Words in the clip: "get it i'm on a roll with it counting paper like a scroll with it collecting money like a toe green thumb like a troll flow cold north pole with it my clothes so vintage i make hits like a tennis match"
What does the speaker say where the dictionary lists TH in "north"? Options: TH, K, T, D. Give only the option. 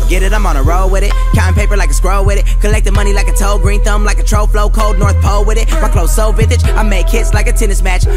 TH